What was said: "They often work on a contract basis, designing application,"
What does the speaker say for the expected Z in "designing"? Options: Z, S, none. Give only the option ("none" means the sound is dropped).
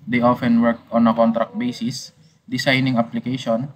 S